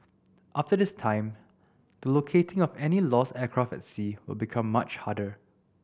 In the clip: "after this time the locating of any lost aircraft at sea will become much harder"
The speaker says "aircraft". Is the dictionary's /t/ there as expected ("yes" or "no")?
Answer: no